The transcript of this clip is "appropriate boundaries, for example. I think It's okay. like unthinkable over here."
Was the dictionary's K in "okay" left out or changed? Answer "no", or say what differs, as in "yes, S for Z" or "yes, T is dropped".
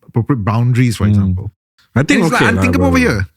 yes, K is dropped